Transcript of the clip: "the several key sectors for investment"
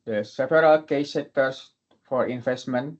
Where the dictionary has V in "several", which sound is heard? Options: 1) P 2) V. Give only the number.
1